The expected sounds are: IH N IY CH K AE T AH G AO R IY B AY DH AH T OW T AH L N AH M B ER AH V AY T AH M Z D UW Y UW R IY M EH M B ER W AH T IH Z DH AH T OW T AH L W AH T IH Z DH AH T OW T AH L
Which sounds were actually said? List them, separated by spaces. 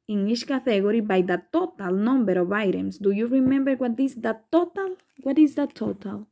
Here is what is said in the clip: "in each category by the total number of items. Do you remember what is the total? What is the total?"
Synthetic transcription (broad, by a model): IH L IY SH K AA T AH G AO R IY B AY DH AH T OW T AH L N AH M B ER AH V AY T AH M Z D UW Y UW R IY M EH M B ER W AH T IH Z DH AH T OW T AH L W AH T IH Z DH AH T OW T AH L